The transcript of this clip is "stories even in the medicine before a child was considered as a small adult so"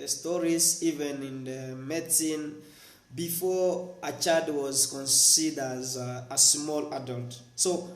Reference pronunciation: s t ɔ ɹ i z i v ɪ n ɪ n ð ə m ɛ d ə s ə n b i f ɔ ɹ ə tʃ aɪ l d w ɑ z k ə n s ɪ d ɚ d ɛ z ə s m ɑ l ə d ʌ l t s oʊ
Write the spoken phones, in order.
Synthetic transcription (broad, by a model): s t ɔ ɹ i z i v ɪ n ɪ n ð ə m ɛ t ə n b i f ɔ ə tʃ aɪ d w ɑ z k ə n s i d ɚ z ə s m ɑ l ə d ʌ l t s oʊ